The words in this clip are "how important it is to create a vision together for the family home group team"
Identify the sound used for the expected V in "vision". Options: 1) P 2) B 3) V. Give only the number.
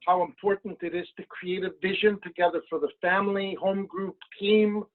3